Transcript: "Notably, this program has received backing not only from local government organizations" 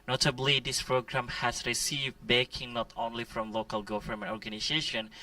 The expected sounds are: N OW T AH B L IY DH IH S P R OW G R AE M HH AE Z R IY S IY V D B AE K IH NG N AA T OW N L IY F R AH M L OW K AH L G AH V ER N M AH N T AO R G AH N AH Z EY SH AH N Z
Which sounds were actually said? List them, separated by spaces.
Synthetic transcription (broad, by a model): N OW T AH B L IY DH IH S P R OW G R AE M HH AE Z R IY S IY V D B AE K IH NG N AA T OW N L IY F R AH M L OW K AH L G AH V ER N M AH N AO R G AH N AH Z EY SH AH N